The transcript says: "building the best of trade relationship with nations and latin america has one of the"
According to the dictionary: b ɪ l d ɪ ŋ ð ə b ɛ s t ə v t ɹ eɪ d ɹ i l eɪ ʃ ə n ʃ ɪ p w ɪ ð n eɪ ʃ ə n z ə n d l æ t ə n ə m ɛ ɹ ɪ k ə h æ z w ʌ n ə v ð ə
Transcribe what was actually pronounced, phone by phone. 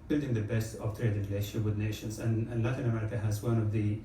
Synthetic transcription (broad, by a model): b ɪ l d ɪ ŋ ð ə b ɛ s t ə v t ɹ eɪ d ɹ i l eɪ ə ʃ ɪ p w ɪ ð n eɪ ʃ ə n z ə n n l æ t ə n ə m ɛ ɹ ɪ k ə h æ z w ʌ n ə v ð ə